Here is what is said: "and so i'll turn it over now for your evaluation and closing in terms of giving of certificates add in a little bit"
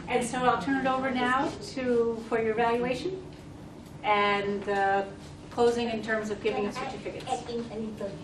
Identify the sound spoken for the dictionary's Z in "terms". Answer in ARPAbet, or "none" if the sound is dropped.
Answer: Z